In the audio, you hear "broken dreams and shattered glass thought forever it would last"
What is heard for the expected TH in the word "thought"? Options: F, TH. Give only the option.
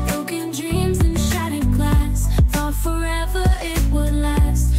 F